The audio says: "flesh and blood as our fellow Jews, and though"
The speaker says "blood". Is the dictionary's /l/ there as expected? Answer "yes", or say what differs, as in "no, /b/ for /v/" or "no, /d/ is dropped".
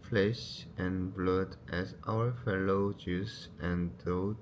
yes